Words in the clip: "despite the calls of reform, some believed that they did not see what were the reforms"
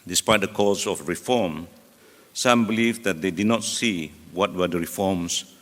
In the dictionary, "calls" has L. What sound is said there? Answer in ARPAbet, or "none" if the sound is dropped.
none